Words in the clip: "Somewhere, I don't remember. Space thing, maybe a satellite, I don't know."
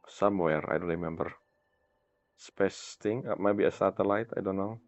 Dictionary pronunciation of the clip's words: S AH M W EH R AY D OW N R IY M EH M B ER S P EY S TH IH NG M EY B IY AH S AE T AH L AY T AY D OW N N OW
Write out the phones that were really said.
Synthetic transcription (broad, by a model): S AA M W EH R AY D OW N R IY M EH M B ER S P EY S T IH NG M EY B IY AH S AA T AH L AY T AY D OW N N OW